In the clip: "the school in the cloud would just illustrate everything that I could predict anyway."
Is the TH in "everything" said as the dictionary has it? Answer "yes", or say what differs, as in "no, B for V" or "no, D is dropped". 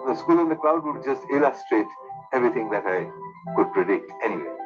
no, T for TH